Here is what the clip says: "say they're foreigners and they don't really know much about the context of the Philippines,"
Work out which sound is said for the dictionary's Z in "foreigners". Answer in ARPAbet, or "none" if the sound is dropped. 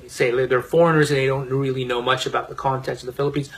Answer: Z